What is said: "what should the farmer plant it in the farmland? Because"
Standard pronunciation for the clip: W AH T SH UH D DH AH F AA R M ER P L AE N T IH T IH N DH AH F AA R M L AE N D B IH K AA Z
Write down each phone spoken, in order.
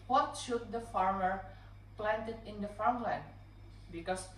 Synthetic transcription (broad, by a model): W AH T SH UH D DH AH F AA R M ER P L AE N T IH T IH N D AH F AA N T L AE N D B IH K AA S